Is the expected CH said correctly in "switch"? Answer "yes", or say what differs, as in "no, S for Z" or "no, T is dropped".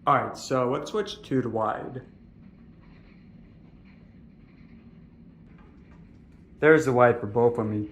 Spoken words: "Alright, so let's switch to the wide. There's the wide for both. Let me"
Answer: yes